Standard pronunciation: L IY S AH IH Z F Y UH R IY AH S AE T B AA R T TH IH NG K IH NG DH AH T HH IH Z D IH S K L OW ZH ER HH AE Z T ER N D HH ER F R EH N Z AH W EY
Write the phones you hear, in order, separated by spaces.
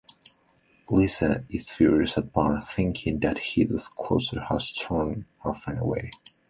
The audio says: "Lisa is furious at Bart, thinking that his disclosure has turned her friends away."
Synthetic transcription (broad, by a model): L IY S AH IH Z F Y UH R IY AH S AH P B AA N TH IH NG K IH NG DH AH T HH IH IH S K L OW S ER HH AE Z T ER N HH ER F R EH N AH W EY